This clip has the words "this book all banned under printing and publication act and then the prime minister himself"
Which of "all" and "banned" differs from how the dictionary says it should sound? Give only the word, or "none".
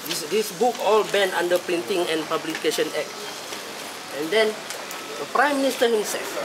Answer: banned